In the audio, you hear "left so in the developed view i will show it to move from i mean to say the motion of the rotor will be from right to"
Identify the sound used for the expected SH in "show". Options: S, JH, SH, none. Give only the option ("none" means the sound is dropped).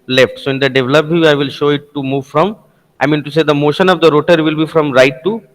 SH